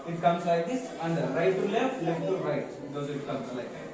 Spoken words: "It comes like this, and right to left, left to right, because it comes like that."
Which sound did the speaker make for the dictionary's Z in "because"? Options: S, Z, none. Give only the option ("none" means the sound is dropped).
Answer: none